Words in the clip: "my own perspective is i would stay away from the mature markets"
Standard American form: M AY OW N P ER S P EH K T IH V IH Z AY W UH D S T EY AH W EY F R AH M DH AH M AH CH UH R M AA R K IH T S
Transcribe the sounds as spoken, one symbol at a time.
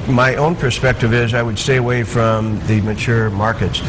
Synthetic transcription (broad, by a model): M AY OW N P ER S P EH K T IH V IH Z AY W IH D S T EY AH W EY F R AH M DH AH M AH CH UH R M AA R K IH T S